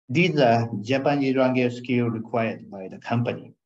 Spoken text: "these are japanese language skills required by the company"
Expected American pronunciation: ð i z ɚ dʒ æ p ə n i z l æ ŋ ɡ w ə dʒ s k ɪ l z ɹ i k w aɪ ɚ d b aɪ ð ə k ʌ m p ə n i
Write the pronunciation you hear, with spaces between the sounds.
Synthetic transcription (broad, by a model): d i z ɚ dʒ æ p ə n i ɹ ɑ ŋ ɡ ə s k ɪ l ɹ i k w aɪ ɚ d b aɪ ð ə k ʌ m p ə n i